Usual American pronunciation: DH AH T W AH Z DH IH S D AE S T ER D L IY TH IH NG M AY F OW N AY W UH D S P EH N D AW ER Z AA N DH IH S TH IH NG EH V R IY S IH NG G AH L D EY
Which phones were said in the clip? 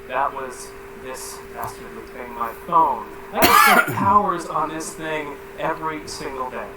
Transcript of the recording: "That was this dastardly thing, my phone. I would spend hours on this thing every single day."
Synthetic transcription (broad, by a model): DH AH T W AH Z DH IH S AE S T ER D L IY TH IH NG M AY F OW N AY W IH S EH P AW ER Z N DH IH S TH IH NG EH V R IY S IH NG G L D EY